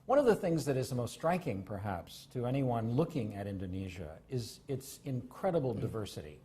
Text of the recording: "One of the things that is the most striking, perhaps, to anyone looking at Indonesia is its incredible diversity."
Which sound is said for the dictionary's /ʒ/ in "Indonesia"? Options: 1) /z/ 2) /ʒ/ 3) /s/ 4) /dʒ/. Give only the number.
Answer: 2